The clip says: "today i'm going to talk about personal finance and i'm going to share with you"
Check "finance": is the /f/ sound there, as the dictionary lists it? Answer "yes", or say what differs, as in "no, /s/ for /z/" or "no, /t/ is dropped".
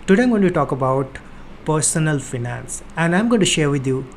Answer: yes